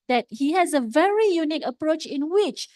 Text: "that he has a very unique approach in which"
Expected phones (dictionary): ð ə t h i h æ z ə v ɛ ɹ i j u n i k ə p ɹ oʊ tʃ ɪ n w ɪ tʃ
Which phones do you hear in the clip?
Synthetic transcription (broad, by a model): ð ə t h i h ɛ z ə v ɛ ɹ i j u n i k ə p ɹ oʊ tʃ ɪ n w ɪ tʃ